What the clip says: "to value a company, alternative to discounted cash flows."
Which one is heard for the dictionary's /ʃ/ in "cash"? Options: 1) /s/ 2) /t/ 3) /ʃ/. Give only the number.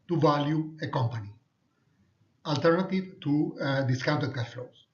1